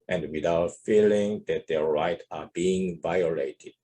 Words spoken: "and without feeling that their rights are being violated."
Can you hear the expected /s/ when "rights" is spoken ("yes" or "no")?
no